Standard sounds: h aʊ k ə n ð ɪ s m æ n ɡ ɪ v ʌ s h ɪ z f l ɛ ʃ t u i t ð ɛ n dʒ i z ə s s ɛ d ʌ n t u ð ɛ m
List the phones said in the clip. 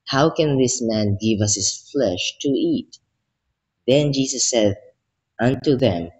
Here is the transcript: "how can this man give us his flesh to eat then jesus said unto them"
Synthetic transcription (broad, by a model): h aʊ k ə n ð ɪ s m æ n ɡ ɪ v ʌ s h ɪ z f l ɛ ʃ t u i t ð ɛ n dʒ i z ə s s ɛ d ʌ n t u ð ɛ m